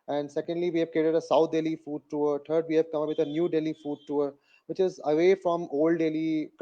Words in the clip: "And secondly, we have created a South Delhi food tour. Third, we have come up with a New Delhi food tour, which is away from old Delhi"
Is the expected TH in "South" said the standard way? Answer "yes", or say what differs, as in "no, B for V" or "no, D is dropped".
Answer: no, T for TH